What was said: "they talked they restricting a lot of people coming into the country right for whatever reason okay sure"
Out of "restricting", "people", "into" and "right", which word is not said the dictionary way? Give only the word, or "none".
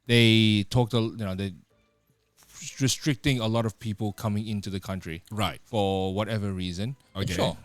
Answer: none